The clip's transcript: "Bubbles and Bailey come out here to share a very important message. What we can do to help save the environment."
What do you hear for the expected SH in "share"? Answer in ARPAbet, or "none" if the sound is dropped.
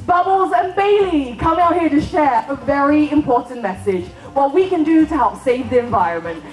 SH